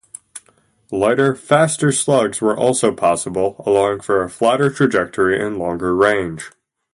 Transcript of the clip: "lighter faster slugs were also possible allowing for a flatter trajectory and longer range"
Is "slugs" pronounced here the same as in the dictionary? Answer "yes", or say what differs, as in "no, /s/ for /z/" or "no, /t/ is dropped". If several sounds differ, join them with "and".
yes